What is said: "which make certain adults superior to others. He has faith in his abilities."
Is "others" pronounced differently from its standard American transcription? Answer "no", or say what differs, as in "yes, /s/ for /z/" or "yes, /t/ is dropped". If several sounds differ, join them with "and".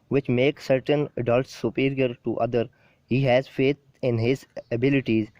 yes, /z/ is dropped